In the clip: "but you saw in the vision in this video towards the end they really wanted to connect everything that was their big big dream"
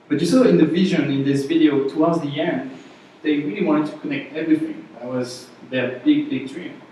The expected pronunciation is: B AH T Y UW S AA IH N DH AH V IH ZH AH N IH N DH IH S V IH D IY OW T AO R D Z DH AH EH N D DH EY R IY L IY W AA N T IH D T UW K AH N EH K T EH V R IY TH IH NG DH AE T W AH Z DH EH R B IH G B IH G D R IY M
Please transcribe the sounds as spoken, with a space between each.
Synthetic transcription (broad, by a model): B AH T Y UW S AA IH N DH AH V IH ZH AH N IH N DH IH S V IH D IY OW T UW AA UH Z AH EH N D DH EY R IY L IY W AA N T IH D T UW K AH N EH K T EH V R IY TH IH NG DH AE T W AH Z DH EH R B IH G B IH G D R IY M